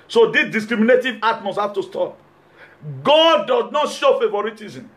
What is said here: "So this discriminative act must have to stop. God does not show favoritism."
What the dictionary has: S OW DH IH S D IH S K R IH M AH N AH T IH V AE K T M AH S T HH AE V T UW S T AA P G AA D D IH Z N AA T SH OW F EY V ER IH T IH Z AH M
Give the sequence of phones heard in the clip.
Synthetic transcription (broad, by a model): S OW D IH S D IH S K R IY M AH N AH T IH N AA T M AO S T HH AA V T UW S T AA P G AA D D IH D N AA T SH OW F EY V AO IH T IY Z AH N